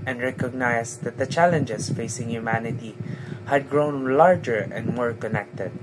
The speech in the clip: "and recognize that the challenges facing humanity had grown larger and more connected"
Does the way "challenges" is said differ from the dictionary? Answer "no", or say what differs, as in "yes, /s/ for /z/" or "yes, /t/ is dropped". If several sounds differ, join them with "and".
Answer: yes, /s/ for /z/